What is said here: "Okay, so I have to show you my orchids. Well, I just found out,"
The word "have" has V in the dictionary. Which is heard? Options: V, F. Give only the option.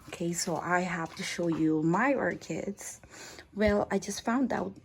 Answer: F